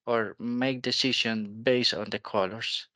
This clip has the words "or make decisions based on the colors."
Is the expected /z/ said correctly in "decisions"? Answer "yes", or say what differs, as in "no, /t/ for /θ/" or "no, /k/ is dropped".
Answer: no, /z/ is dropped